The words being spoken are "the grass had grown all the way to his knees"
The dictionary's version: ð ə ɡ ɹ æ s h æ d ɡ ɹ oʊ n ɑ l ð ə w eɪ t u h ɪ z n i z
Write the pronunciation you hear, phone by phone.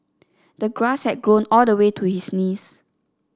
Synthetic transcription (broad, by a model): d ə ɡ ɹ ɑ s h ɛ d ɡ ɹ oʊ n ɑ l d ə w eɪ t u h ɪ s n i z